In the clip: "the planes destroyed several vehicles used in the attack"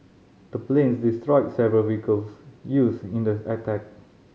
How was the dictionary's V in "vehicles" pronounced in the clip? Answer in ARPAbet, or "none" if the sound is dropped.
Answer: W